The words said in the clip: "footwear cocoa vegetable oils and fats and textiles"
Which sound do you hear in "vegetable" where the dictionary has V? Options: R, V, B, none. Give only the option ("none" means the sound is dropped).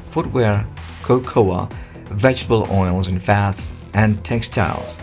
V